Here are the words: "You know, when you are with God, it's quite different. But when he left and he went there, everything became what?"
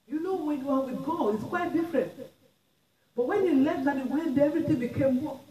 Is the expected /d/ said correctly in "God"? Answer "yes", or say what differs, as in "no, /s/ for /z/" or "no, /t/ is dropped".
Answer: no, /d/ is dropped